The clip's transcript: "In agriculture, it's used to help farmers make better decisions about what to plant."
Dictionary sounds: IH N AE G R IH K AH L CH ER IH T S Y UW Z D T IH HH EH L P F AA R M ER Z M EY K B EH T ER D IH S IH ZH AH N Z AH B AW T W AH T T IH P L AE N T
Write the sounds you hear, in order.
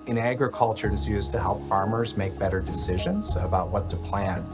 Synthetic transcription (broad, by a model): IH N AE G R IH K AH L CH ER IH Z Y UW Z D T IH HH EH L P F AA R M ER Z M EY K B EH T ER D IH S IH ZH AH N Z AH B AW T W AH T T IH P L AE N